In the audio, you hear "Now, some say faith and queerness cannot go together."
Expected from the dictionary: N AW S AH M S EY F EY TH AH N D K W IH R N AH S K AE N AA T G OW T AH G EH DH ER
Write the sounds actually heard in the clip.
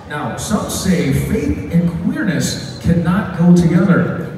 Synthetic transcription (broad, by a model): N AW S AH M S EY F EY TH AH N K W IH R N AH S K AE N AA T G OW T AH G EH DH ER